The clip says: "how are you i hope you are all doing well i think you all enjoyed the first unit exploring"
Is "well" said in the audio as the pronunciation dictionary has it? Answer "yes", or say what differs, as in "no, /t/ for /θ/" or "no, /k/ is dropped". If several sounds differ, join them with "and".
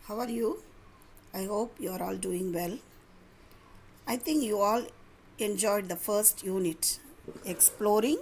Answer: yes